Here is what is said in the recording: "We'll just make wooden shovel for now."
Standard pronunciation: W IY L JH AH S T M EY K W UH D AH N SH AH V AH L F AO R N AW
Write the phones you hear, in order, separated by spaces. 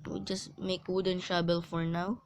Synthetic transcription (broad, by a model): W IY JH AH S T M EY K W UH D AH N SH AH B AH L F AO R N AW